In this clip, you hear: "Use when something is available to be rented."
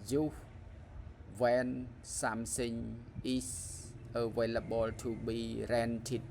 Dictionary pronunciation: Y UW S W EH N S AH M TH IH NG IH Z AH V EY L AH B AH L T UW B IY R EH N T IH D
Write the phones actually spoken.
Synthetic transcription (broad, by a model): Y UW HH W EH N S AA M S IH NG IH S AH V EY L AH B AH L T UW B IY R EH N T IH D